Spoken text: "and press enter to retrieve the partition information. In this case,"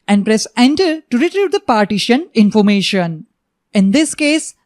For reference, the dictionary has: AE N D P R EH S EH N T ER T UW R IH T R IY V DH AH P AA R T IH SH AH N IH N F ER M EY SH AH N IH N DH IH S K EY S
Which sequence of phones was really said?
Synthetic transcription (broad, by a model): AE N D P R EH S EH N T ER T UW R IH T R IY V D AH P AA R T IH SH AH N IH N F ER M EY SH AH N IH N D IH S K EY S